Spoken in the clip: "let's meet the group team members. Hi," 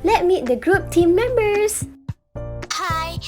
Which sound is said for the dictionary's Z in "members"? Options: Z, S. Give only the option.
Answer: S